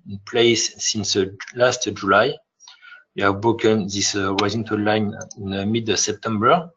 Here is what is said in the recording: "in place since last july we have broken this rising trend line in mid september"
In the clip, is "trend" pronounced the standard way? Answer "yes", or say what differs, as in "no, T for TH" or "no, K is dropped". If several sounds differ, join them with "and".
no, R is dropped